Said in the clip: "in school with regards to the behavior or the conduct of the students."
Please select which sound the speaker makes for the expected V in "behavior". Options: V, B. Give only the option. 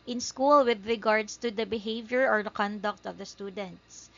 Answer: V